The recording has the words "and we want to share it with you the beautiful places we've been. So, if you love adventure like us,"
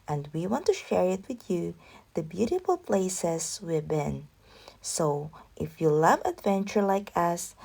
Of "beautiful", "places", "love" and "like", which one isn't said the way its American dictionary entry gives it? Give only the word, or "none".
places